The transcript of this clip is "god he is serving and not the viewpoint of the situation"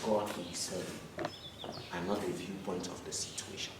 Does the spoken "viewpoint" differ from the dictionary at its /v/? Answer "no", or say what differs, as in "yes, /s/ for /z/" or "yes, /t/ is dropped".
no